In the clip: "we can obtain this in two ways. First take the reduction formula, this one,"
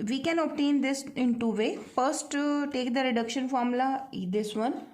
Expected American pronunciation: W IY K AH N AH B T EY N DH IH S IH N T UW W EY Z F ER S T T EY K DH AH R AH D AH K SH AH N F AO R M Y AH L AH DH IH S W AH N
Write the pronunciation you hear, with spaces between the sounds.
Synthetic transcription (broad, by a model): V IY K AH N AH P T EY N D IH S IH N T UW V EY F ER S T T EY K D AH R AH D AH K SH AH N F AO R M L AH AH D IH S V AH N